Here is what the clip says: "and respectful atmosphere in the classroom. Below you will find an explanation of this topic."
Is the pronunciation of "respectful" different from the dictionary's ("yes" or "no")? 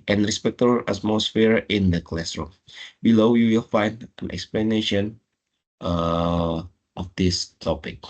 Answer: yes